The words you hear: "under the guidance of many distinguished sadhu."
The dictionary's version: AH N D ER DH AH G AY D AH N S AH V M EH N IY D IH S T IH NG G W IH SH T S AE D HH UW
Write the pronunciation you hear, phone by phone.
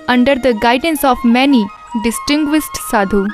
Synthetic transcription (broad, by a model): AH N D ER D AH G AY D AH N S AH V M EH N IY D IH S T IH NG G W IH S T S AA D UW